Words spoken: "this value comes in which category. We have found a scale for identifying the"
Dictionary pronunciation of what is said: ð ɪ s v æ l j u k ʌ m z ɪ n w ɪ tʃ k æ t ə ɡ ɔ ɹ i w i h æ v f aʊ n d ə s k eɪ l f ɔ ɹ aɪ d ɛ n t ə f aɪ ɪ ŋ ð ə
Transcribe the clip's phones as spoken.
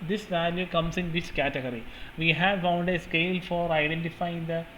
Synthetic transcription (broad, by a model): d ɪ s v æ l j u k ʌ m s ɪ n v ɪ s k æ t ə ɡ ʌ ɹ i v i h æ v f aʊ n d ə s k eɪ l f ɔ ɹ aɪ d ɛ n t ə f aɪ ɪ ŋ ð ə